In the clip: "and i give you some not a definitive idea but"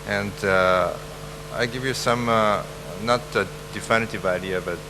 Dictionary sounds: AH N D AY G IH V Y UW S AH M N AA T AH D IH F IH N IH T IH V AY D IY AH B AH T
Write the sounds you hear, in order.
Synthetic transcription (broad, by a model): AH N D AY G IH V Y UW S AH M N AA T AH D IH F IH N IH T IH V AY D IY AH B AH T